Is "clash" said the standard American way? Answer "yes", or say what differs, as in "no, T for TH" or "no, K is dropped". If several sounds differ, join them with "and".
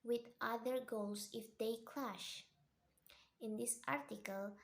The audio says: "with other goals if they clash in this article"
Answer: yes